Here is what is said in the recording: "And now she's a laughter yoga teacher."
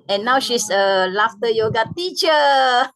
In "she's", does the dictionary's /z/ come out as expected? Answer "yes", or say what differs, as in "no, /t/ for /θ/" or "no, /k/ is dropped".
no, /s/ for /z/